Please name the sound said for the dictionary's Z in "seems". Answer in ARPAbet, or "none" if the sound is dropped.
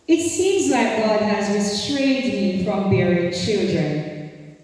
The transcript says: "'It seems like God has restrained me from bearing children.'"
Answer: Z